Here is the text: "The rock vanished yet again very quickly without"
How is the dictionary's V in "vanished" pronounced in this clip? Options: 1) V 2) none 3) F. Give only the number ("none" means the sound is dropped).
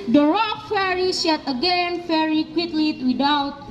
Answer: 3